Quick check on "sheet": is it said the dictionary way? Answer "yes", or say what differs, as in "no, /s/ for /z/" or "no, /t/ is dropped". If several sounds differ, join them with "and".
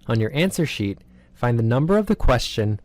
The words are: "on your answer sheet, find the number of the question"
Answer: yes